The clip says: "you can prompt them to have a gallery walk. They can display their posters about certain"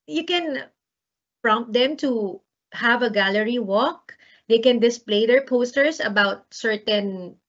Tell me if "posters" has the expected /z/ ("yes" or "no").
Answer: no